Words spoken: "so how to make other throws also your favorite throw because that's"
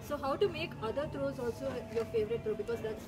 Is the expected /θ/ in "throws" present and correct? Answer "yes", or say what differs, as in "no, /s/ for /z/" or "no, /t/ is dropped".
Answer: no, /t/ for /θ/